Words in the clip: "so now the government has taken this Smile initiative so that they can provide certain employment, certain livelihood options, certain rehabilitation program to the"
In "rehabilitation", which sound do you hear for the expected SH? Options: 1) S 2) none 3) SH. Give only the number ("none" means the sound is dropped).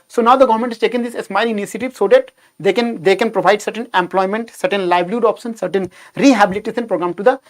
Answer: 1